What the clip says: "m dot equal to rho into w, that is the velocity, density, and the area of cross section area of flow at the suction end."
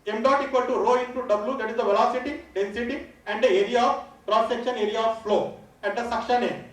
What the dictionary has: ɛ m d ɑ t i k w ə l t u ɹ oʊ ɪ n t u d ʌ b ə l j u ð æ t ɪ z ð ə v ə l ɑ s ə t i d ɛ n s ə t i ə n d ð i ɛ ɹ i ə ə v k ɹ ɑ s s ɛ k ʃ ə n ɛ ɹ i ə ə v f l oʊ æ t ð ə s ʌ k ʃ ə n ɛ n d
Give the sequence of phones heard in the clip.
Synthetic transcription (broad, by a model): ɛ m d ɑ t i k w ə l t u ɹ oʊ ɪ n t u d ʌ b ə l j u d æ t ɪ z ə v ə l ɑ s ə t i d ɛ n s ə t i ə n d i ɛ ɹ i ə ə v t ɹ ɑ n s ɛ k ʃ ə n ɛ ɹ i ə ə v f l oʊ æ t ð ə s ʌ k ʃ ə n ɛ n